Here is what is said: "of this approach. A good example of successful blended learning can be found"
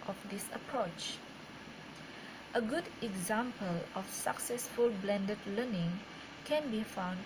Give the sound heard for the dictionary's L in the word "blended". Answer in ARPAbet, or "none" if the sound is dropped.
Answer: L